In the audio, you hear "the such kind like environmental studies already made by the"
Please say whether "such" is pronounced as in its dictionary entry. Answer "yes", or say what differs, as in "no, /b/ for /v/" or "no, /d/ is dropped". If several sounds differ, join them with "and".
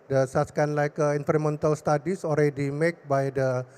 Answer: no, /s/ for /tʃ/